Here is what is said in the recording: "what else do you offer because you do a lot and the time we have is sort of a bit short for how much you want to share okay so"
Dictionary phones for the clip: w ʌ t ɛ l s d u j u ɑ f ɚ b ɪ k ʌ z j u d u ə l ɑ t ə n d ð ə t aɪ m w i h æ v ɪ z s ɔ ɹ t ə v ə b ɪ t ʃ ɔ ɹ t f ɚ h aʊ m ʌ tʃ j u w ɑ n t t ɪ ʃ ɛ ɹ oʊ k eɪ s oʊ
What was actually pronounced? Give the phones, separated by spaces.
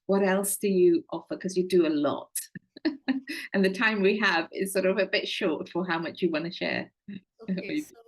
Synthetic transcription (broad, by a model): w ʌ t ɛ l s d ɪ j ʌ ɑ f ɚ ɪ k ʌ z j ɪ d ə l ɑ t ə n ð ə t aɪ m w i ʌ v ɪ z s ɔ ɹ t ə v ə b ɪ t ʃ ɔ ɹ t f ɚ h aʊ m ʌ tʃ j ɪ w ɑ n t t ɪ ʃ ɛ ɹ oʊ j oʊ